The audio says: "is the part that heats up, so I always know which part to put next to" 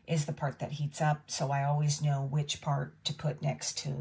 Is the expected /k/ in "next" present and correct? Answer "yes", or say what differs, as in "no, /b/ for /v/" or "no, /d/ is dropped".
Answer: yes